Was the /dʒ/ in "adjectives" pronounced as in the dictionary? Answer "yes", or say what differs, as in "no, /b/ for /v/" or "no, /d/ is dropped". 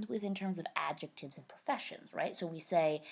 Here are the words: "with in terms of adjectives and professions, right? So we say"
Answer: yes